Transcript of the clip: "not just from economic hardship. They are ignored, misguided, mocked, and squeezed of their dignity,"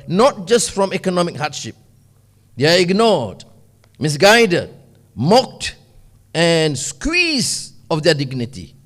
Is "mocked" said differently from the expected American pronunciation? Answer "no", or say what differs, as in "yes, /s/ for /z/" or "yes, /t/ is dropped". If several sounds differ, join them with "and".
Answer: no